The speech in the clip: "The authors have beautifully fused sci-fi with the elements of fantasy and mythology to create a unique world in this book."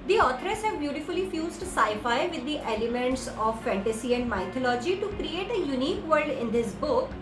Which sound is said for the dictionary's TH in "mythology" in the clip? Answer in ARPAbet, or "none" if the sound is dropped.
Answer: T